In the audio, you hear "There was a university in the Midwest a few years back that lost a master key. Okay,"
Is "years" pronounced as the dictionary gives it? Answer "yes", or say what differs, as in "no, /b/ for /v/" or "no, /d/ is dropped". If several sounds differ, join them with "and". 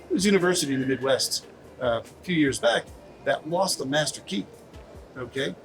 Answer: yes